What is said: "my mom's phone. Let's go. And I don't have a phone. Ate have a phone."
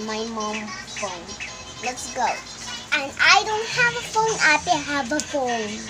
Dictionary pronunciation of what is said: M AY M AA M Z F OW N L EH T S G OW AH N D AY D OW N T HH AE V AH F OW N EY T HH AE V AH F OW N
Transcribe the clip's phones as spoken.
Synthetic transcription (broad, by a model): M AY M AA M F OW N L EH T S G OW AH N AY D OW N T HH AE V AH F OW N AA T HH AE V AH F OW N